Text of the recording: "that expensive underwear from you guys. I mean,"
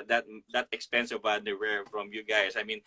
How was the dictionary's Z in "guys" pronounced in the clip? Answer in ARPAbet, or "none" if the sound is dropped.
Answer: S